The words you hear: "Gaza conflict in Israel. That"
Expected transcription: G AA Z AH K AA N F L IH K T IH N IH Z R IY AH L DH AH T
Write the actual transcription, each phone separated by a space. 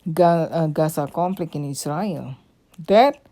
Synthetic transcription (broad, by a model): G AA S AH K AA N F L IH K IH N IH S R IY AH L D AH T